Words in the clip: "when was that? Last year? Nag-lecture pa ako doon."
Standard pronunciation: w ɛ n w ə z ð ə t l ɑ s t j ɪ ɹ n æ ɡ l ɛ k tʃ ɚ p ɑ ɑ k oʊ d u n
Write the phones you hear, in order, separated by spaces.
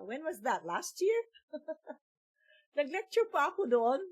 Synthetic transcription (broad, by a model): w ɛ n w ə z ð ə t l ɑ s t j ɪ ɹ n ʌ ɡ l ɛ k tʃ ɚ p ɑ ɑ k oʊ d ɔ n